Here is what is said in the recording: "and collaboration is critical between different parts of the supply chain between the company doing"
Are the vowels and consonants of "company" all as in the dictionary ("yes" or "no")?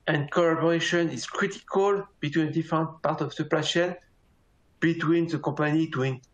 no